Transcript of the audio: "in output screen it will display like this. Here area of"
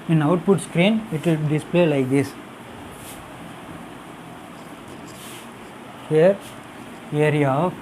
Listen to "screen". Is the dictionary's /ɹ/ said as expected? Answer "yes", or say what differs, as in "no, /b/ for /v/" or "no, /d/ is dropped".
yes